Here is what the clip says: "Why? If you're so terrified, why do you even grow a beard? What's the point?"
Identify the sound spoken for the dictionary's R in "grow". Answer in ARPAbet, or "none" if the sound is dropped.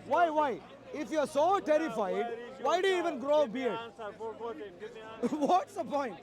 R